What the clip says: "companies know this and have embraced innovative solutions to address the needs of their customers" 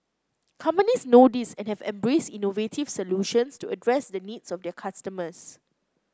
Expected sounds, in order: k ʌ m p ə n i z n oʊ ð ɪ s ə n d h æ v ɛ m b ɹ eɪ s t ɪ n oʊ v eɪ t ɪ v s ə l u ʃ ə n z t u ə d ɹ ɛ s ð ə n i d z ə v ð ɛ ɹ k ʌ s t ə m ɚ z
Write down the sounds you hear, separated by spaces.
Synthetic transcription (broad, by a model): k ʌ m p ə n i s n oʊ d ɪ s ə n h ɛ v ɛ m b ɹ eɪ s t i n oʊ v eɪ t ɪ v s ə l u ʃ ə n s t u ə d ɹ ɛ s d ə n i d s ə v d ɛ k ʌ s t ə m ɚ s